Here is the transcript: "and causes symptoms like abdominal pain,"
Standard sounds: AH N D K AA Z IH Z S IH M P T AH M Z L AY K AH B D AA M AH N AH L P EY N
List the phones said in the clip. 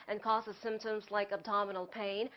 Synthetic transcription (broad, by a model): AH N K AA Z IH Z S IH M P T AH M Z L AY K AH B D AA M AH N L P EY N